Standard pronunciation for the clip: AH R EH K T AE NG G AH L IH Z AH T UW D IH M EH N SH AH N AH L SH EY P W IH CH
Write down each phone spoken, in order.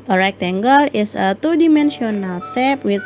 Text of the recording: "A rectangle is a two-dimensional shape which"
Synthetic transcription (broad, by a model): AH R EH K T AE NG G AH L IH S AH T UW D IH M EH N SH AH N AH L S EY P W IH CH